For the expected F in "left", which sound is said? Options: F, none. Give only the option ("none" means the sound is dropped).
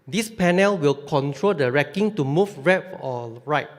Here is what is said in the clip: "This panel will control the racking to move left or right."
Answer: none